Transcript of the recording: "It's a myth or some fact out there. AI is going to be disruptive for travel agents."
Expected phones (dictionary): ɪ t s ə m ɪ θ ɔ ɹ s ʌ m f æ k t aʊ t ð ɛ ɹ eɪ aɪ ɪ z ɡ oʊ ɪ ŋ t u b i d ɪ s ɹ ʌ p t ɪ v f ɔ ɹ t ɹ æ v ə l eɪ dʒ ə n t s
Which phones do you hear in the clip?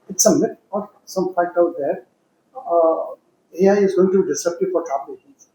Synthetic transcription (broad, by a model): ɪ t s ə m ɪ t ɔ ɹ s ʌ m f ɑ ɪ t aʊ t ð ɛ ɹ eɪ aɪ ɪ z ɡ oʊ ɪ ŋ t u b i d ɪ s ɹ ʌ p t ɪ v f ɔ ɹ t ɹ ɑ p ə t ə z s